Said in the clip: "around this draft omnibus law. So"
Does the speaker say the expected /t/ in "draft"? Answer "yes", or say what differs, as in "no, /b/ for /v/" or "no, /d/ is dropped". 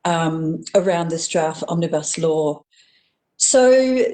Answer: no, /t/ is dropped